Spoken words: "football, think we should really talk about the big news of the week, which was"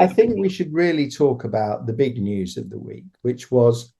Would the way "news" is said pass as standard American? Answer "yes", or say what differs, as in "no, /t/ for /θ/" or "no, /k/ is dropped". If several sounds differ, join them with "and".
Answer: yes